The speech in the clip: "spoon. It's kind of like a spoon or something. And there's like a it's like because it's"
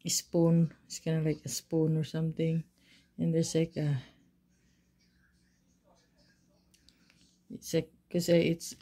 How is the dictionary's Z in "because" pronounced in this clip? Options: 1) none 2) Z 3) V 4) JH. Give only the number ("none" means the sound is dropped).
1